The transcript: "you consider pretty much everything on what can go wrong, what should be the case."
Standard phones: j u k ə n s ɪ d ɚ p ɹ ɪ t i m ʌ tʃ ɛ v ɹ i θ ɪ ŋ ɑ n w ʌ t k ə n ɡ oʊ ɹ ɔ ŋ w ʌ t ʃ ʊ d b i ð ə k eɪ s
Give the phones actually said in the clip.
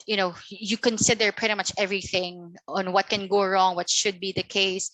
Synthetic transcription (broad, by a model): j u k ə n s ɪ d ɚ p ɹ ɪ t i m ʌ tʃ ɛ v ɹ i θ ɪ ŋ ɑ n w ʌ t k ə n ɡ oʊ ɹ ɔ ŋ w ʌ t ʃ ʊ d b i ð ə k eɪ s